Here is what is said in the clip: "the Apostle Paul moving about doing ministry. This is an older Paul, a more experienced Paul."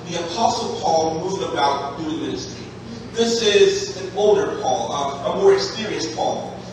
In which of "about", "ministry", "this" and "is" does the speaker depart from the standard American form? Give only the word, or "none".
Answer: none